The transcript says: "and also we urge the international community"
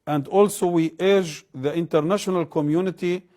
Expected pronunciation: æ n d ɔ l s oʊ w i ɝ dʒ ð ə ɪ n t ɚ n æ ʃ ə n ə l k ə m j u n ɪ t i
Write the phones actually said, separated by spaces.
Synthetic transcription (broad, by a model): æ n d ɔ l s oʊ w i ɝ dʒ ð ə ɪ n t ɚ n æ ʃ ə n ə l k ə m j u n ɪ t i